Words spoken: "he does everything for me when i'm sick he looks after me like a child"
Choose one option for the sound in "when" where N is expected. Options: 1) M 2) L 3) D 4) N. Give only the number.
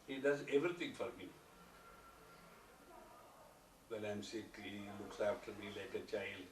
2